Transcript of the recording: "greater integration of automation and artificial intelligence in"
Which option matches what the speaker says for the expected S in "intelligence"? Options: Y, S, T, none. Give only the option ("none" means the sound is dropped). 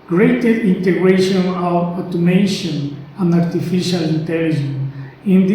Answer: none